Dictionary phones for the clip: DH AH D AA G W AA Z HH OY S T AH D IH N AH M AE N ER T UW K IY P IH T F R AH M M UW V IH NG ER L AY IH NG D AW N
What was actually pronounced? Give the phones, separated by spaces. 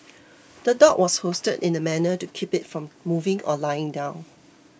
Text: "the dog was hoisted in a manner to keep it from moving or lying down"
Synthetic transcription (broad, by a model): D AH D AA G W AA S HH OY S T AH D IH N AH M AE N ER T UW K IY P IH T F R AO M M UW V IH NG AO L AY IH NG D AW N